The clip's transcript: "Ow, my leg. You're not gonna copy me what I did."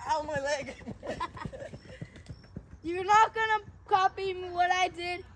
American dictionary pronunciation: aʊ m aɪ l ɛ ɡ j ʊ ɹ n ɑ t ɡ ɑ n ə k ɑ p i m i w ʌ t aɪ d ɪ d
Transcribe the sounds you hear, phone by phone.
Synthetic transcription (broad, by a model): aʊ m aɪ l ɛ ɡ j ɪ w n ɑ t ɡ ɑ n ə k ɑ p i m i w ʌ t aɪ d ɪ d